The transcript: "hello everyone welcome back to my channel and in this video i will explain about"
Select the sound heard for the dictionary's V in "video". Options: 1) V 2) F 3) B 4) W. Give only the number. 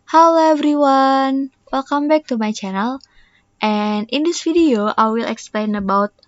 2